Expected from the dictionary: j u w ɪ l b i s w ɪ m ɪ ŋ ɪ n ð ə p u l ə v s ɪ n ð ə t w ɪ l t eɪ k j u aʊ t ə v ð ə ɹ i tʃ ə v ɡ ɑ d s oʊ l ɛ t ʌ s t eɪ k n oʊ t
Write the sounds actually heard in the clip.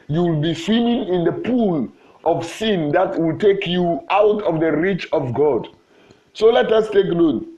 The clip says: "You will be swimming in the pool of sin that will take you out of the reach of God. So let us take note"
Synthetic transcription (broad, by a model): j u w ɪ l b i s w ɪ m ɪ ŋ ɪ n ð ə p u l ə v s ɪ n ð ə t w ɪ l t eɪ k j u aʊ t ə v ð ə ɹ i tʃ ə v ɡ ɑ d s oʊ l ɛ t ʌ s t eɪ k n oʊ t